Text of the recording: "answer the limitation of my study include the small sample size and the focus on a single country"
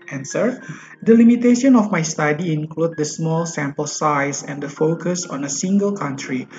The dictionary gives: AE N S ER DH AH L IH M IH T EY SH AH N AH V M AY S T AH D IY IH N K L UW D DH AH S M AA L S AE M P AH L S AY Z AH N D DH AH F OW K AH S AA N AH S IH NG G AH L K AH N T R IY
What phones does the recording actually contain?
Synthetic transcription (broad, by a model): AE N S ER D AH L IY M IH T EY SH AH N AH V M AY S T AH D IY IH N K L UW D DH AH S M AA L S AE M P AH L S AY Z AH N D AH F OW K AH S AA N AH S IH NG G AH L K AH N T R IY